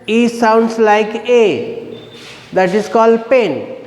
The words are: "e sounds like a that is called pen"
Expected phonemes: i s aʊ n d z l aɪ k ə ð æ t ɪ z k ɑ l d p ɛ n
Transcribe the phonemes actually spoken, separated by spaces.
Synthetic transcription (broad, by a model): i s aʊ n d s l aɪ k ə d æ t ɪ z k ɑ l d p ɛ n